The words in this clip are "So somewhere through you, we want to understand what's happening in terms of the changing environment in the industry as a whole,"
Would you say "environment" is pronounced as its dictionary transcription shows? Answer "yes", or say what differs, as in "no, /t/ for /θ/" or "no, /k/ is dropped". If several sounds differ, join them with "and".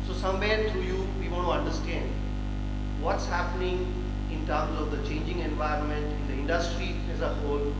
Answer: yes